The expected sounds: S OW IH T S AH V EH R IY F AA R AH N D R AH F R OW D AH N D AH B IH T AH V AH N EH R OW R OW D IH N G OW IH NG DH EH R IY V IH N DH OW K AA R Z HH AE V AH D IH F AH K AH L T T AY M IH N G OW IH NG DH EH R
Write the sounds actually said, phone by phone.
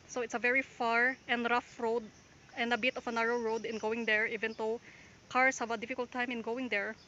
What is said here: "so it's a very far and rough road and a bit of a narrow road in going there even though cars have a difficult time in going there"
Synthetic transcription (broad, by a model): S OW IH T S AH V EH R IY F AA R AH N D R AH F R OW D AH N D AH B IH T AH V AH N EH R OW R OW D IH N G OW IH NG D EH R IY V IH N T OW K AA R S HH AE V AH D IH F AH K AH L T T AY M IH N G OW IH NG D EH R